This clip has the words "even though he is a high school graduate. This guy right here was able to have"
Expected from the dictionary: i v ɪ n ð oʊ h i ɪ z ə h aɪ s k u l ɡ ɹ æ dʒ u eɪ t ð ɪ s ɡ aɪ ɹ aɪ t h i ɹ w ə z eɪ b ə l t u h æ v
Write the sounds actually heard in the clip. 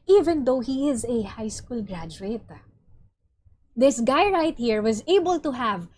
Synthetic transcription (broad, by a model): i v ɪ n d oʊ h i ɪ z ə h aɪ s k u l ɡ ɹ æ dʒ u eɪ t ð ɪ s ɡ aɪ ɹ aɪ t h i ɹ w ə z eɪ b ə l t u h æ v